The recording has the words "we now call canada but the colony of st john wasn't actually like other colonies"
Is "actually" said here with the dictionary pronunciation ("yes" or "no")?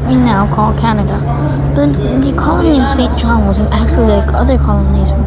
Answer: no